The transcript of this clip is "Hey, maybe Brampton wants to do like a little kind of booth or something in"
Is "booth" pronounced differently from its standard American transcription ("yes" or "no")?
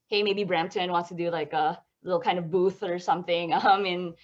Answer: no